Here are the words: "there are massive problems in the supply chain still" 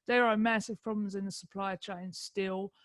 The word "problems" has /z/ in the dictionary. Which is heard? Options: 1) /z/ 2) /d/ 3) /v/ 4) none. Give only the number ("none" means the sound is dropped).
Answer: 1